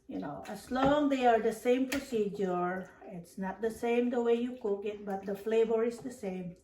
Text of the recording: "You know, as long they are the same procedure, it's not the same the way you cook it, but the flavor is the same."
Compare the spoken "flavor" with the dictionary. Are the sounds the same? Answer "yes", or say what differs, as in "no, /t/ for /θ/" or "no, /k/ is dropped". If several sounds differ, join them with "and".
yes